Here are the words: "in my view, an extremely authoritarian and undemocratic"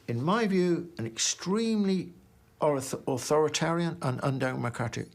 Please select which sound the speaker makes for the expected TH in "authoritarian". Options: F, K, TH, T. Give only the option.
TH